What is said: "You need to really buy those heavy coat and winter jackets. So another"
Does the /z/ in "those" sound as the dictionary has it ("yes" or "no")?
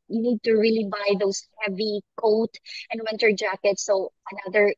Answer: no